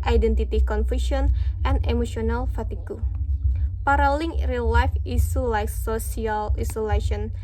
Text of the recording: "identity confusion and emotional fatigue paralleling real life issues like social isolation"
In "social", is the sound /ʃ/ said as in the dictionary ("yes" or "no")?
no